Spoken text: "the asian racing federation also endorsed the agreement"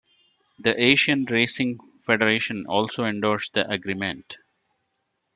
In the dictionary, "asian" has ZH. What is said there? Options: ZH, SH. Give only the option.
SH